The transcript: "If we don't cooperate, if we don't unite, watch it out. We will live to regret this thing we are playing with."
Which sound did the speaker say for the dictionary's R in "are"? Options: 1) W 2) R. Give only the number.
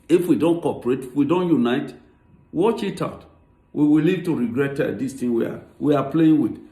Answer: 1